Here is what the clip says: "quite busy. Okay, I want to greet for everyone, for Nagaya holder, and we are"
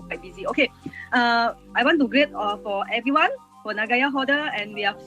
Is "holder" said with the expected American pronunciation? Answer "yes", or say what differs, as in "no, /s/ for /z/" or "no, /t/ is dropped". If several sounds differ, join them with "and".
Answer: no, /l/ is dropped